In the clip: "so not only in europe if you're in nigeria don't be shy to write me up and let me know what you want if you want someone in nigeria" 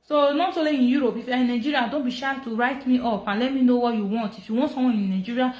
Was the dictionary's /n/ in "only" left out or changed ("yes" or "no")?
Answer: yes